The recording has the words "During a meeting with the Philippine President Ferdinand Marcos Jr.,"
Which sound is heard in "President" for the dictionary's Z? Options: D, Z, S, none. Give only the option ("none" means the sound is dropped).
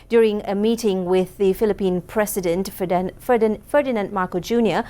S